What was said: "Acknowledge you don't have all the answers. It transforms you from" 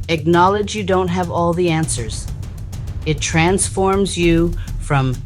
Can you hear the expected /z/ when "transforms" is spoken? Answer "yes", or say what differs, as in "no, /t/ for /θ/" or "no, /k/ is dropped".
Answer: yes